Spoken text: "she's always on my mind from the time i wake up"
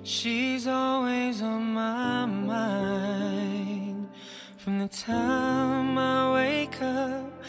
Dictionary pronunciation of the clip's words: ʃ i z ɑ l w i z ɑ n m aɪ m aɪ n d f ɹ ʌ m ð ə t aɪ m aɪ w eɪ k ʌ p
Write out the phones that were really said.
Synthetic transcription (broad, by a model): ʃ i z ɑ l w i z n m aɪ m aɪ n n f ɹ ʌ m ð ə t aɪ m aɪ w eɪ k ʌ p